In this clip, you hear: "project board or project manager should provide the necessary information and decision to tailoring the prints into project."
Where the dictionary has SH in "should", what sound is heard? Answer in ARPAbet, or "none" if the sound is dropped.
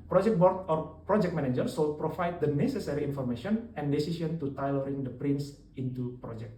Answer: S